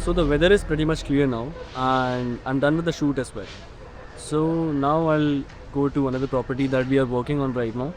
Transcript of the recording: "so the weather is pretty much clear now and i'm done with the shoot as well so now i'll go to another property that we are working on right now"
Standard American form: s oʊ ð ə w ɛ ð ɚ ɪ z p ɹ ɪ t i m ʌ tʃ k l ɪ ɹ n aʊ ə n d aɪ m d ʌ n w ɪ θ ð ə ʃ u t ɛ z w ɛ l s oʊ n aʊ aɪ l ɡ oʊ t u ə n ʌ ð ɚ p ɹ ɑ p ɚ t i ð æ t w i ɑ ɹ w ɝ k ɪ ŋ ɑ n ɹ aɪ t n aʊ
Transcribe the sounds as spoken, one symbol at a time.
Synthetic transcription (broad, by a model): s oʊ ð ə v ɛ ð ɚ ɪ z p ɹ ɪ t i m ʌ tʃ k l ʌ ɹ n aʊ ə n d d ʌ n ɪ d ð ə ʃ u t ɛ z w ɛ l s oʊ n aʊ aɪ l ɡ oʊ t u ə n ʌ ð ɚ p ɹ ɑ p ɚ t i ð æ t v i ɑ ɹ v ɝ k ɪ ŋ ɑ n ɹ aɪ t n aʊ